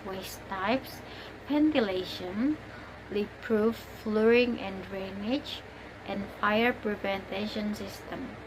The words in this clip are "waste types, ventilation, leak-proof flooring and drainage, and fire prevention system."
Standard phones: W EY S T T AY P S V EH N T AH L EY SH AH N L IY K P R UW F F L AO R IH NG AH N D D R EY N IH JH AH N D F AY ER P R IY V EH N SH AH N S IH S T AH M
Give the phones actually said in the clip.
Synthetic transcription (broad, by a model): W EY S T T AY P S P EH N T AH L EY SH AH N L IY P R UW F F L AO R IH NG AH N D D R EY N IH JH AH N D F AY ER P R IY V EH N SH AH N S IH S T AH M